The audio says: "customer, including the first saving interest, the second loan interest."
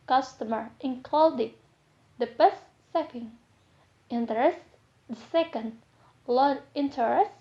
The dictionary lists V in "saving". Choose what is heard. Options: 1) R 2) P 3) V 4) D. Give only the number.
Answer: 2